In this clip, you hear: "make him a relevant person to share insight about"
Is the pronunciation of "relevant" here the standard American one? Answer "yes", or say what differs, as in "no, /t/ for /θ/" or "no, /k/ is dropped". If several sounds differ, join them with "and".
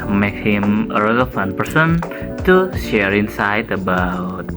no, /f/ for /v/